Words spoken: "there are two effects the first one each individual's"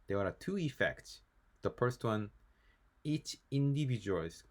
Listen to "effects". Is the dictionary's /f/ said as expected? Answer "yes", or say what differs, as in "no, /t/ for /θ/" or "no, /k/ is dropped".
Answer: yes